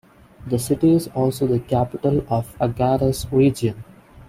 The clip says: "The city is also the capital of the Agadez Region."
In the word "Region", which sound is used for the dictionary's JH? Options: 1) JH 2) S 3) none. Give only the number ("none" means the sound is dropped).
3